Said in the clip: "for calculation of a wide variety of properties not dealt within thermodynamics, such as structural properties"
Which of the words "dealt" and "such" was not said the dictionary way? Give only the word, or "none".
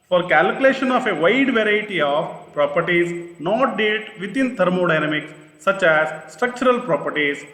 dealt